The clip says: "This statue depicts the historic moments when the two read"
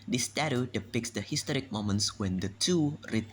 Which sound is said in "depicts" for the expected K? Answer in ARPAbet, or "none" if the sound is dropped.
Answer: K